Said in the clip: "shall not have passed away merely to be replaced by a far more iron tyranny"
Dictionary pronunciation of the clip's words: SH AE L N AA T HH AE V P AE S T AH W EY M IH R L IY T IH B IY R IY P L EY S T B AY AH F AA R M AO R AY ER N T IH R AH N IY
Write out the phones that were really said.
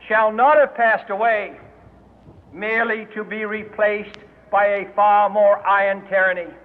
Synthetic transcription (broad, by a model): SH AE L N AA T HH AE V P AE S T AH W EY M IH R L IY T IH B IY R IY P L EY S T B AY AH F AA R M AO R AY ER N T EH R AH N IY